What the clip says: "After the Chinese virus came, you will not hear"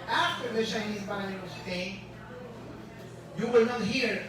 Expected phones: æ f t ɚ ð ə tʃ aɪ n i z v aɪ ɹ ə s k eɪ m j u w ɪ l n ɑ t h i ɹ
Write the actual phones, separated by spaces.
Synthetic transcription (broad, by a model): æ f t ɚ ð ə tʃ aɪ n i z b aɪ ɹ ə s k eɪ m j u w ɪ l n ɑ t h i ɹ